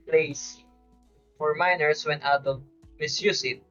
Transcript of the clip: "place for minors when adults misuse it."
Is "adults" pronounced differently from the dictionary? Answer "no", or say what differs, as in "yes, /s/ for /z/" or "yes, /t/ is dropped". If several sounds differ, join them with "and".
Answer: yes, /s/ is dropped